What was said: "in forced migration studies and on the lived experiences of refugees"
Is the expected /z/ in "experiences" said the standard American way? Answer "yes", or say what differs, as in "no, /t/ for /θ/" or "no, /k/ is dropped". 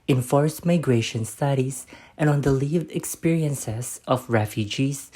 no, /s/ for /z/